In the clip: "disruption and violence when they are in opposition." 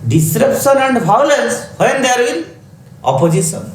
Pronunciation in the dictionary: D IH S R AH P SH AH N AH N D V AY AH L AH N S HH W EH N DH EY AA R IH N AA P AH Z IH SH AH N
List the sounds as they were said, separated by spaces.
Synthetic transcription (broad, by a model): D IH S R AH P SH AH N AH N D B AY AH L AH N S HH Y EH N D AA R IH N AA P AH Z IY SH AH N